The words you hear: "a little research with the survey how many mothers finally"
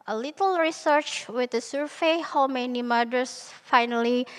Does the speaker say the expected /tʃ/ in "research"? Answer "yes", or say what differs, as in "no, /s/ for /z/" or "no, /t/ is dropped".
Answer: yes